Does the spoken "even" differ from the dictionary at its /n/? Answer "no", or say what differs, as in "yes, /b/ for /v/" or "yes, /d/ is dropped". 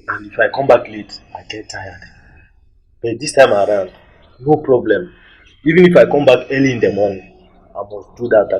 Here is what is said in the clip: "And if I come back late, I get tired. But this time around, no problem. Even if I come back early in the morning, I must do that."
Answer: no